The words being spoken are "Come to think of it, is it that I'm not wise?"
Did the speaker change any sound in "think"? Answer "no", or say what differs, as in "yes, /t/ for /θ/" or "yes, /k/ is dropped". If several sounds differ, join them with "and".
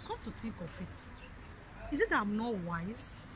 yes, /t/ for /θ/